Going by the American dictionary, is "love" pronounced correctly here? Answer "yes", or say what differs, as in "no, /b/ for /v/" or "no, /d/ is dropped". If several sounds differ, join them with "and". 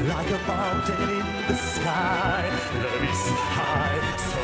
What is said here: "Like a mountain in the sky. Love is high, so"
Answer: no, /v/ is dropped